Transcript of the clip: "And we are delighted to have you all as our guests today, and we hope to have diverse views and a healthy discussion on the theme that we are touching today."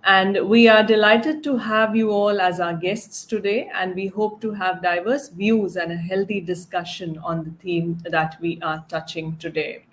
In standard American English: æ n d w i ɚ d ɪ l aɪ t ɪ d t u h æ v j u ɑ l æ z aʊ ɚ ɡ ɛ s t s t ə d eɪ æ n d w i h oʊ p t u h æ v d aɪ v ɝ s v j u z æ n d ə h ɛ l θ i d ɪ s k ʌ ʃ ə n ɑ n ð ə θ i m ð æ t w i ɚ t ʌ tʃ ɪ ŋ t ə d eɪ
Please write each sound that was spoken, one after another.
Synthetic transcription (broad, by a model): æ n d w i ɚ d ɪ l aɪ t ɪ d t u h æ v j u ɑ l æ z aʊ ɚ ɡ ɛ s t s t ə d eɪ æ n d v i h oʊ p t u h æ v d aɪ v ɝ s v j u z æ n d ə h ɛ l t i d ɪ s k ʌ ʃ ə n ɑ n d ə t i m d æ t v i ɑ t ʌ tʃ ɪ ŋ t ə d eɪ